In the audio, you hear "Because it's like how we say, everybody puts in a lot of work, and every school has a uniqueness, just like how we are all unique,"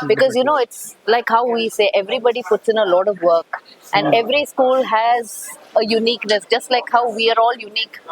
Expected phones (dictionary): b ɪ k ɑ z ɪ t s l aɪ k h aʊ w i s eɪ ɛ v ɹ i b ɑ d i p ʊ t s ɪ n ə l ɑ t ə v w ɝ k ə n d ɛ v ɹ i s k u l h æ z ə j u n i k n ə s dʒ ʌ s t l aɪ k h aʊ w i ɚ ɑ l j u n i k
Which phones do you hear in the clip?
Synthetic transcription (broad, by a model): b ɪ k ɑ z ɪ t s l aɪ k h aʊ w i s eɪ ɛ v ɹ i b ɑ d i p ʊ t s ɪ n ə l ɑ t ə v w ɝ k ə n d ɛ v ɹ i s k u l h æ z ə j u n i k n ə s dʒ ʌ s t l aɪ k h aʊ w i ɚ ɑ l j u n i k